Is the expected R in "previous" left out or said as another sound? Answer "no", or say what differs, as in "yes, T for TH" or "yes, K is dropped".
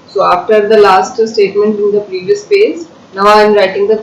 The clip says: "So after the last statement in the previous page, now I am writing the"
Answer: no